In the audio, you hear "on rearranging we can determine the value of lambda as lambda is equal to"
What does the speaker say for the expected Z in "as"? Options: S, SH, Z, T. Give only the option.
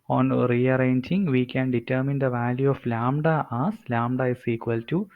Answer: S